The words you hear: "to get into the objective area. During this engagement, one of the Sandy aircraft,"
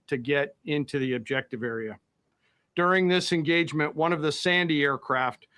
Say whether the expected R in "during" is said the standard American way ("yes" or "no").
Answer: yes